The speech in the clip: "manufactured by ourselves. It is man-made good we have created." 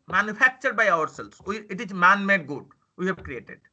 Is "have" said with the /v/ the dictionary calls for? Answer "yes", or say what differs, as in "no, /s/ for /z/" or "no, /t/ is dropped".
no, /b/ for /v/